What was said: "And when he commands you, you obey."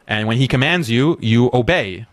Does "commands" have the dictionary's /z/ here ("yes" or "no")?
yes